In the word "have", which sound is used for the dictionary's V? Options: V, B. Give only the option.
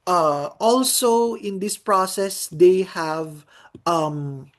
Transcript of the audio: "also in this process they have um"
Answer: V